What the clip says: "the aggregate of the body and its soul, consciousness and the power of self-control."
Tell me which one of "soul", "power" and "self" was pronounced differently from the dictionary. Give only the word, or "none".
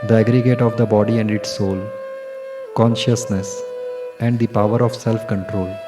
none